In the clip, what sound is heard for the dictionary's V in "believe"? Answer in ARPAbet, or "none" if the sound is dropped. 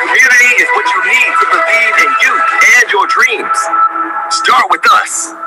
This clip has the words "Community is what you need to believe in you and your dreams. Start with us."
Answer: none